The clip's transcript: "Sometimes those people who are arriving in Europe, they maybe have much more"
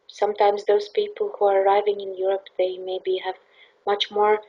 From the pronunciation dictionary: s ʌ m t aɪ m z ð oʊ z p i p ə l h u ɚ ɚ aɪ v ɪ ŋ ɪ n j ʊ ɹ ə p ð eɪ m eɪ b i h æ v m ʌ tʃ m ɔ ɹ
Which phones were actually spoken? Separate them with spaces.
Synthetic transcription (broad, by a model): s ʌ m t aɪ m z ð oʊ z p i p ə l h u ɚ ɚ aɪ v ɪ ŋ ɪ n j ʊ ɹ ə p ð eɪ m eɪ b i h æ v m ʌ tʃ m ɔ ɹ